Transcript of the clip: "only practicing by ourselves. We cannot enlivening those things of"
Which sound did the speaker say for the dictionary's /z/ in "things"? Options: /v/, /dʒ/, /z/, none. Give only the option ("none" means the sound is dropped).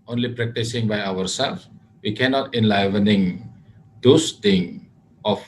none